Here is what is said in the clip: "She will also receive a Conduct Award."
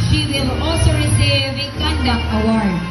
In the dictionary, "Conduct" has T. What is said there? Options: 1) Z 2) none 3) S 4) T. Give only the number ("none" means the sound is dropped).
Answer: 2